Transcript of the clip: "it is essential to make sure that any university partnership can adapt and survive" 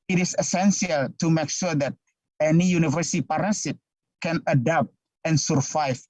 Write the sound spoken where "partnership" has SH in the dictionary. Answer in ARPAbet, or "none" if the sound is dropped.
S